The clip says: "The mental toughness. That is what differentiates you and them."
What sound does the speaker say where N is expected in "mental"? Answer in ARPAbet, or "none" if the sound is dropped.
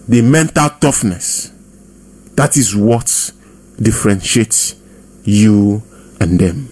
N